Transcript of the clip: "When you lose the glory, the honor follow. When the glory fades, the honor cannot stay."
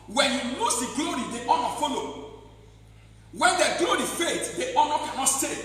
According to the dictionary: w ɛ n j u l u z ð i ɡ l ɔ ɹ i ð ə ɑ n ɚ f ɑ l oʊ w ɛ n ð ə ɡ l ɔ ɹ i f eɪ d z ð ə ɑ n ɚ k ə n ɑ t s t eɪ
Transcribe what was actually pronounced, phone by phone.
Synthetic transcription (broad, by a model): w ɛ n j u n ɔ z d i ɡ l ɔ ɹ i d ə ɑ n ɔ f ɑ l oʊ w ɛ n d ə ɡ l ɔ ɹ i f eɪ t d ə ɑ n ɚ k ə n ɑ t s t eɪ